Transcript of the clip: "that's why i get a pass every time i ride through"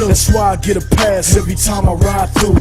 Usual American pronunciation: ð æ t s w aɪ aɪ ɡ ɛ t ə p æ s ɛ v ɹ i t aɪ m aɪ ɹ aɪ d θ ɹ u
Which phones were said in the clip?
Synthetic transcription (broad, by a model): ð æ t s w aɪ aɪ ɡ ɛ t ə p æ s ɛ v i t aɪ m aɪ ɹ aɪ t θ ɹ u